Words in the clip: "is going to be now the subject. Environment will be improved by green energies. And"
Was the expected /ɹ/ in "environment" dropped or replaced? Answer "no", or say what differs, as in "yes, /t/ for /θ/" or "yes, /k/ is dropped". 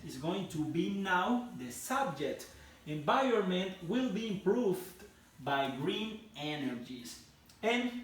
yes, /ɹ/ is dropped